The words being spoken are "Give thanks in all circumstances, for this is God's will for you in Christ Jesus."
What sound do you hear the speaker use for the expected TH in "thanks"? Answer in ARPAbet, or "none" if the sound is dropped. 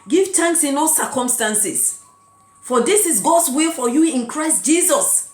T